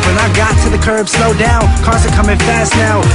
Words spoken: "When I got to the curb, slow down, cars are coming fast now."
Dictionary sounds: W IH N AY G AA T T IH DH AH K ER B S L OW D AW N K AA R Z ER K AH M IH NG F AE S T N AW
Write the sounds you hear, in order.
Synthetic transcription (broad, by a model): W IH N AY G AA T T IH DH AH K ER B S L OW D AW N K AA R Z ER K AH M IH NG F AE S T N AW